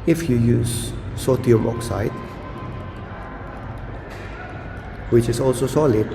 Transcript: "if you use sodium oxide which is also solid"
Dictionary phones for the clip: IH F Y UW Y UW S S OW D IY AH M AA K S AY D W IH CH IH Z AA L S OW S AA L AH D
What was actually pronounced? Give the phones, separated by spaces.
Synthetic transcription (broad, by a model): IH F Y UW Y UW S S OW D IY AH M AA K S AY D W IH CH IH S AA L S OW S AA L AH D